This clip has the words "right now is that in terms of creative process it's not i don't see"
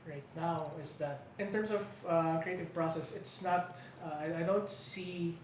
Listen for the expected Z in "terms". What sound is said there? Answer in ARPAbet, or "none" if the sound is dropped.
S